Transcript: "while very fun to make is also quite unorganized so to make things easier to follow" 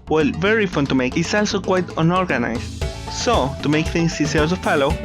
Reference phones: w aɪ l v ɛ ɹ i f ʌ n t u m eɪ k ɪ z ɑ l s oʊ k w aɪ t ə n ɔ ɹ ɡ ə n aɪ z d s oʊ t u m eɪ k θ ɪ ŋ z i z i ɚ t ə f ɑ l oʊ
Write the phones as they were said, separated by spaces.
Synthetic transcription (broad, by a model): w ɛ l v ɛ ɹ i f ʌ n t u m eɪ k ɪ s ɑ l s oʊ k w aɪ t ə n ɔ ɹ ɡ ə n aɪ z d s oʊ t u m eɪ k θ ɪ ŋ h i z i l s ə f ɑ l oʊ